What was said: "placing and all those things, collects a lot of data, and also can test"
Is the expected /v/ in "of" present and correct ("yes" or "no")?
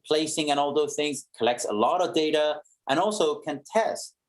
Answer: yes